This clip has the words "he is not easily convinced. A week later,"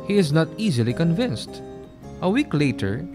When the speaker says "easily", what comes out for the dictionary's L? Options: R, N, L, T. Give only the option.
L